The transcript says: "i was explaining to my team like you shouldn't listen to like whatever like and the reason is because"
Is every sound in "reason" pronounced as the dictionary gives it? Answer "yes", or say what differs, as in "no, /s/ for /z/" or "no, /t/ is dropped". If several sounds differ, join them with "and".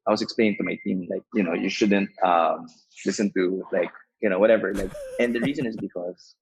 yes